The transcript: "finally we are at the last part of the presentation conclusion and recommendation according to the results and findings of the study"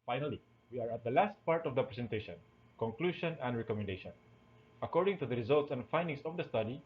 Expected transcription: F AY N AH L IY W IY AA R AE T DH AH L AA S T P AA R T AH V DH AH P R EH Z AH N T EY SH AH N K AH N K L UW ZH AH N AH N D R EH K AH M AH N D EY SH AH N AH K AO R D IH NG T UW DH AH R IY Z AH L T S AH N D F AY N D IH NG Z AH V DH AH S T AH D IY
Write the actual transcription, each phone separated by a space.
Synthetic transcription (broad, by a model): F AY N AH L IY W IY AA R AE T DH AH L AA S T P AA R T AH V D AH P R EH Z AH N T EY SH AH N K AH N K L UW SH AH N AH N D R EH K AH M AH N D EY SH AH N AH K AO R D IH NG T UW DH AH R IY Z AH L T S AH N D F AY N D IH NG S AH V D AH S T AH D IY